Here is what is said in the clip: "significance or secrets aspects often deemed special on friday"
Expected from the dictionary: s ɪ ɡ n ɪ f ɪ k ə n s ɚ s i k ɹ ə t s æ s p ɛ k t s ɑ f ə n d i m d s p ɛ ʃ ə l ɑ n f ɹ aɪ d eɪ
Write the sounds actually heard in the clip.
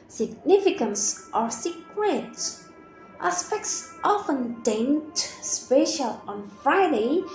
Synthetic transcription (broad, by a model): s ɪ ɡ n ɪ f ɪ k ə n s ɚ s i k w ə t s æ s p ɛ k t s ɑ f ə n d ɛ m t s p ɛ ʃ ə l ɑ n f ɹ aɪ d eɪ